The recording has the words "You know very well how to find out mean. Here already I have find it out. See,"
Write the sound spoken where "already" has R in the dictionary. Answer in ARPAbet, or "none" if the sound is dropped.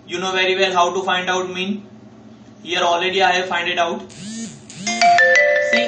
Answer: L